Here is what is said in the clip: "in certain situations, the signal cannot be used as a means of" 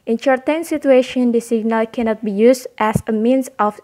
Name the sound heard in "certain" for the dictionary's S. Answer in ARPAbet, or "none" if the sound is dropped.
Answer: SH